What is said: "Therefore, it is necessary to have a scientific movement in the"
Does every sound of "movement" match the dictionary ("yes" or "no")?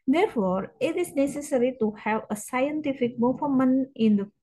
no